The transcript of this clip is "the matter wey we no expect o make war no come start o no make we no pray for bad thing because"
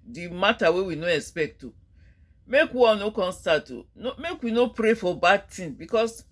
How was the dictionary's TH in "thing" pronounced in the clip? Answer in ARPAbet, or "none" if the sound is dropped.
T